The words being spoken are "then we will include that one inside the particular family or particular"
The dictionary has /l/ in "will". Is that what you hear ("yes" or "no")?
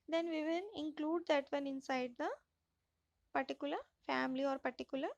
no